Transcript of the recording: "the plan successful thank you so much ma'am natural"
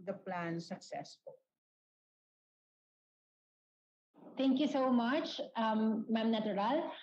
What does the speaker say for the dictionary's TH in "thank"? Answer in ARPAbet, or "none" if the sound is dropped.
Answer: T